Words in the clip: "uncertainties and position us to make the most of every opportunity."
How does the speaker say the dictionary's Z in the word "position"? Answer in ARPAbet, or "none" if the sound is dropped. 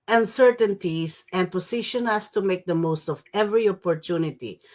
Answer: S